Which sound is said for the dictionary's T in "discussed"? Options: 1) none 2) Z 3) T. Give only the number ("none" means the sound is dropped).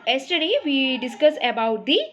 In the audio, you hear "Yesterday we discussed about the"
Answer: 1